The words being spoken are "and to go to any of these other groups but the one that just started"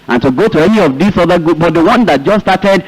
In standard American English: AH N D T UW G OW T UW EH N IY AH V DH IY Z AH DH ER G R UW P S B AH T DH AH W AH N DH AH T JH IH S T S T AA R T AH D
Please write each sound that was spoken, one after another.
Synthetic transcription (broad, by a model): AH N T UW G OW T UW EH N IY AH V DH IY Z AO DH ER G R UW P B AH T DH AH W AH N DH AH T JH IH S S T AA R T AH D